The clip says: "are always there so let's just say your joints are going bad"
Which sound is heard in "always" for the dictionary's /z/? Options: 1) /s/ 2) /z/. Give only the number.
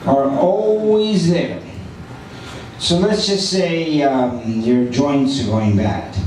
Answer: 2